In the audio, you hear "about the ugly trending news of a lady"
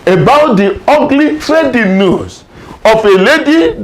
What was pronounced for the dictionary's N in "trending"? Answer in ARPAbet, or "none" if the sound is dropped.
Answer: none